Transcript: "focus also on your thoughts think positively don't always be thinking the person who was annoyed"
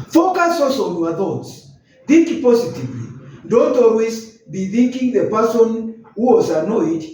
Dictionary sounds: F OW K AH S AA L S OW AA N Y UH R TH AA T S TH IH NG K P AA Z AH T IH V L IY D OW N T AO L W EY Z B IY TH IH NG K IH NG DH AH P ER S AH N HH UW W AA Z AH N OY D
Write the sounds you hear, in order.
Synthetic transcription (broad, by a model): F OW K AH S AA S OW AA N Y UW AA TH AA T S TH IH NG K P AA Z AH T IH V L IY D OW N T AO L W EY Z B IY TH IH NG K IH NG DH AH P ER S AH N HH UW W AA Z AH N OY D